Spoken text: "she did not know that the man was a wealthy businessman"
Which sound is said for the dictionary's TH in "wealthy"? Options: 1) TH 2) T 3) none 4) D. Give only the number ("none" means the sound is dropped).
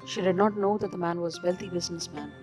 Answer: 2